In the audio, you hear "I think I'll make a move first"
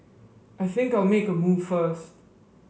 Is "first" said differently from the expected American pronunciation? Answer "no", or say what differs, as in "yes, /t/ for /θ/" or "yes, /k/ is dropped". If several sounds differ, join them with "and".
no